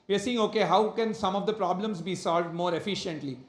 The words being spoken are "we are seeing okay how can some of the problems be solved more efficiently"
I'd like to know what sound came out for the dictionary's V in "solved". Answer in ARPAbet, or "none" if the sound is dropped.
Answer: V